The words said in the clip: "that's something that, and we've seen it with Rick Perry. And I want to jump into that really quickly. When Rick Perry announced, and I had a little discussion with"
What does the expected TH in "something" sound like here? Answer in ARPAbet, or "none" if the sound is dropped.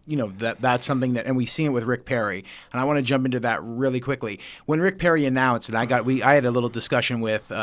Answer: TH